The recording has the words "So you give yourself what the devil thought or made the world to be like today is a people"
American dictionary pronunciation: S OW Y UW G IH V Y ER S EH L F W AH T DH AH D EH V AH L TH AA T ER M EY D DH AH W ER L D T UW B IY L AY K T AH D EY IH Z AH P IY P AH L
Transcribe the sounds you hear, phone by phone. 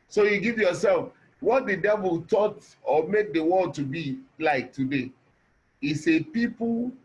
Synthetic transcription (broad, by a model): S OW Y UW G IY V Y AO S EH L F W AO T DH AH D EH V AH L T AA T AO M EY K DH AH W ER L D T UW B IY L AY K T AH D EY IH S AH P IY P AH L